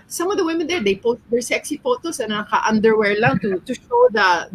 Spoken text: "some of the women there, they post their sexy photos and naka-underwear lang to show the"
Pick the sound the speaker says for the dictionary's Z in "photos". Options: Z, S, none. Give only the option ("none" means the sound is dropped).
S